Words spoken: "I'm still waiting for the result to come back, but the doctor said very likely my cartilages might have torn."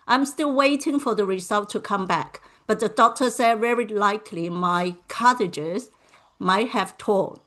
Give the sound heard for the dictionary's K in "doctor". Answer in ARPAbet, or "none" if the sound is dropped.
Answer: K